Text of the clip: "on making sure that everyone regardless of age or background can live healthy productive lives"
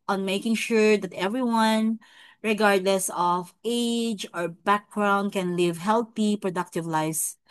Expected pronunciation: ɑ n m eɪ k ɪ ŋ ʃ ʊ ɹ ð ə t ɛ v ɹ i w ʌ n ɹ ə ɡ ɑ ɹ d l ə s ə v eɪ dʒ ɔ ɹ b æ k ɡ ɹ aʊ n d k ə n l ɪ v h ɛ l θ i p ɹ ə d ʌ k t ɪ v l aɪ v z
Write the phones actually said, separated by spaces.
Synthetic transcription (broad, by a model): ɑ n m eɪ k ɪ ŋ ʃ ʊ ɹ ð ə t ɛ v ɹ i w ʌ n ɹ ə ɡ ɑ ɹ d l ə s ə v eɪ dʒ ɔ ɹ b æ k ɡ ɹ aʊ n d k ə n l ɪ v h ɛ l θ i p ɹ ə d ʌ k t ɪ v l aɪ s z